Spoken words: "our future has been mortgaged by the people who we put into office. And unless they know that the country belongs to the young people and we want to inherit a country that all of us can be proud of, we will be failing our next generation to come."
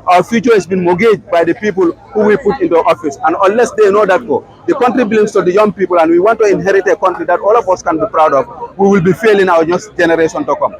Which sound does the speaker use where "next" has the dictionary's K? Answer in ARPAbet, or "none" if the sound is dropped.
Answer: none